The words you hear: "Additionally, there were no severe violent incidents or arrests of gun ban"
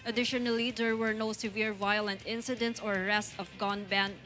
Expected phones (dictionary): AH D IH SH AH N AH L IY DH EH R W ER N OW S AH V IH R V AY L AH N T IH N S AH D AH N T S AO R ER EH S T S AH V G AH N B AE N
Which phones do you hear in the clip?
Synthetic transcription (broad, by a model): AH D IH SH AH N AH L IY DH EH R W ER N OW S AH V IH R V AY L AH N T IH N S AH D AH N T S AO R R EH S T AH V G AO N B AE N